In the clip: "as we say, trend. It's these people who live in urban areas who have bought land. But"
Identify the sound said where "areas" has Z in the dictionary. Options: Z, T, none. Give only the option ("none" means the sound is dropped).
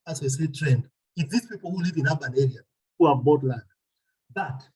none